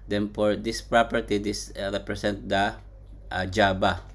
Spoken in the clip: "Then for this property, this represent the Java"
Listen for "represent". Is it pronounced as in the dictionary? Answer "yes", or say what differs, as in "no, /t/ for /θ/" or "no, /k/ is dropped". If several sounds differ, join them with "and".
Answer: no, /s/ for /z/